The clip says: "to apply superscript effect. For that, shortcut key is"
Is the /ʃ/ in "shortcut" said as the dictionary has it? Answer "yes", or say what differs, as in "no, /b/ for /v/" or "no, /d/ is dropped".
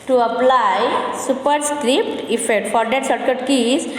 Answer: no, /s/ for /ʃ/